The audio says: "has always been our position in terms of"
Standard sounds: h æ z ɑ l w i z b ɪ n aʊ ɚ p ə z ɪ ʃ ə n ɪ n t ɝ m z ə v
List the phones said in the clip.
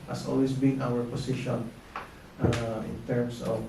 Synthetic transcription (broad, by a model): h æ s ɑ l w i s b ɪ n aʊ ɚ p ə s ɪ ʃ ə n ɪ n t ɝ m s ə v